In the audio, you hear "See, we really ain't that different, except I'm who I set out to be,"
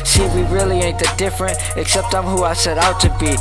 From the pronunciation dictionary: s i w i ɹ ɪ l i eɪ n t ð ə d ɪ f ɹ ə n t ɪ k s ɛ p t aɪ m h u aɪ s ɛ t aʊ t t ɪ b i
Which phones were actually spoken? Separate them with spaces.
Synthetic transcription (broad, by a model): s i w i ɹ ɪ l i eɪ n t ð ə d ɪ f ɹ ə n t ɪ k s ɛ p t aɪ m h u aɪ s ɛ t aʊ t t ɪ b i